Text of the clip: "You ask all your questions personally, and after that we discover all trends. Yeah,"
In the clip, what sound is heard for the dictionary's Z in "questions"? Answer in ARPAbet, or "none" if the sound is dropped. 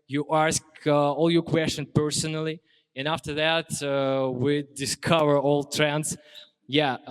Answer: none